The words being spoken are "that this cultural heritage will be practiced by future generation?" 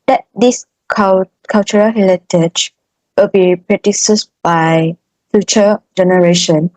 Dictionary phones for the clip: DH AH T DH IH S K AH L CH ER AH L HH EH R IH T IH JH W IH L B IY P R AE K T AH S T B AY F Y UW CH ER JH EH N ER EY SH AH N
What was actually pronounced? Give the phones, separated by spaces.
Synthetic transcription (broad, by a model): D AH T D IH S K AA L CH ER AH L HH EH L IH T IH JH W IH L B IY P R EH T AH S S B AY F Y UW CH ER JH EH N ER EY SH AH N